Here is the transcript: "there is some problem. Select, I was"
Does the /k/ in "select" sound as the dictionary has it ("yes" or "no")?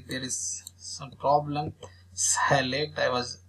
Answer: no